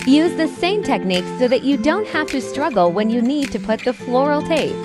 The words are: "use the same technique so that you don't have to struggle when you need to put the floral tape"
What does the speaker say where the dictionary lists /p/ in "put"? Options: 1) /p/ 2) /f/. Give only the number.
1